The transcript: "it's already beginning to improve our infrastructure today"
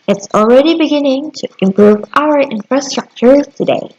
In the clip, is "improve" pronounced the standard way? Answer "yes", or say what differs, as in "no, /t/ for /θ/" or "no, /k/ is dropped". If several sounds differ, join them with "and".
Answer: yes